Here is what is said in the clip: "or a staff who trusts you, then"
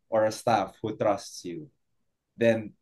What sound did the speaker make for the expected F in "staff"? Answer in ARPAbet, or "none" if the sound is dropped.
F